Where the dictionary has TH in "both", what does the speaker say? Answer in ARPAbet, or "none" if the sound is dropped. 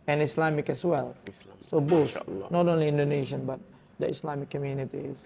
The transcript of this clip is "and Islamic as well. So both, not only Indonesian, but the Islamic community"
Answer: S